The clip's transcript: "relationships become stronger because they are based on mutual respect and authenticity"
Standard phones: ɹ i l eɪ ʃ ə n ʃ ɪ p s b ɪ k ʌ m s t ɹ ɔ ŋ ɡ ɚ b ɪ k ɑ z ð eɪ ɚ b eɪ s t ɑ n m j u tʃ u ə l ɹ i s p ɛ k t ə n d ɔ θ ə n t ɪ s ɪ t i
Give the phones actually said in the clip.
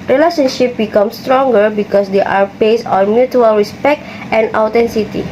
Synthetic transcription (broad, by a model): ɹ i l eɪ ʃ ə n ʃ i p b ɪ k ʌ m s t ɹ ɔ ŋ ɡ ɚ b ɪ k ɑ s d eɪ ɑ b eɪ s ɑ n m j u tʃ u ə l ɹ i s p ɛ k t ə n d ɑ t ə n s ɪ t i